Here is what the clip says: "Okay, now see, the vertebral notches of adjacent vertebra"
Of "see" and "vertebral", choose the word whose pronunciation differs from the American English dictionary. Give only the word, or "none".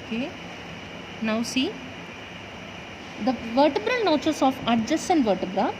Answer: none